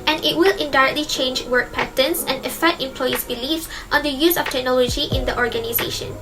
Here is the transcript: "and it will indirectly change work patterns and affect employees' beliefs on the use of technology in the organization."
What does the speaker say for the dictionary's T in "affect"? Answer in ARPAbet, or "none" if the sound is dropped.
T